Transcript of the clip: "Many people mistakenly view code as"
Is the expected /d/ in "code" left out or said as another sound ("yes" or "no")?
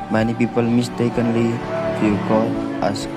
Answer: yes